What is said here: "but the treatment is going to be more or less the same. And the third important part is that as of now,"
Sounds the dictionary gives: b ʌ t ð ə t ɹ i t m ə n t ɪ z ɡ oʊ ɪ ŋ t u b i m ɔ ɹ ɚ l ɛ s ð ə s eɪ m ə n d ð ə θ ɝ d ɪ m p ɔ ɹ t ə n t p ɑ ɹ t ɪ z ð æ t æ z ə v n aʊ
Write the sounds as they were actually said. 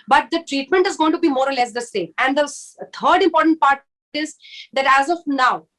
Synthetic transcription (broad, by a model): b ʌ t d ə t ɹ i t m ə n t ɪ z ɡ oʊ ɪ ŋ t u b i m ɔ ɹ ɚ l ɛ s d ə s eɪ m ə n d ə t ɝ d ɪ m p ɔ ɹ t ə n t p ɑ ɹ t ɪ z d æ t æ z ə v n aʊ